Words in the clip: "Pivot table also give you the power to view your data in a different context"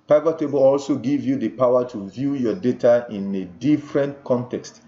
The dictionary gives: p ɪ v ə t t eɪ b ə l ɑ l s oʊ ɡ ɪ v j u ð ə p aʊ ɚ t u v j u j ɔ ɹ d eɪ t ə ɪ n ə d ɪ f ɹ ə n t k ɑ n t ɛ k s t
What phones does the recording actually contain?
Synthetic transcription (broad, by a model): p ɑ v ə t t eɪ b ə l ɑ l s oʊ ɡ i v j u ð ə p aʊ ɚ t u v j u j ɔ d eɪ t ə ɪ n ə d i f ɹ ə n t k ɑ n t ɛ k s t